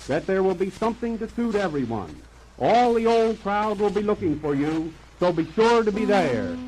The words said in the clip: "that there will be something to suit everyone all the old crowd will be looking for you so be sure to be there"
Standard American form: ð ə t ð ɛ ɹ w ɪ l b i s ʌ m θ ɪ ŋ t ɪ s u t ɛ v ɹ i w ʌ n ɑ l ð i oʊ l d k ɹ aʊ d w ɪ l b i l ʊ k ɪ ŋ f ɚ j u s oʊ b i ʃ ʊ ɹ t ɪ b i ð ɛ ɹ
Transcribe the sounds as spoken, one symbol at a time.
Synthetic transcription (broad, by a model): ð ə t ð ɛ ɹ w ɪ l b i s ʌ m θ ɪ ŋ t ɪ s u t ɛ v ɹ i w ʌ n ɑ l ð i oʊ l d k ɹ aʊ d w ɪ l b i l ʊ k ɪ ŋ f ɚ j u s oʊ b i ʃ ʊ ɹ t ɪ b i ð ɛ ɹ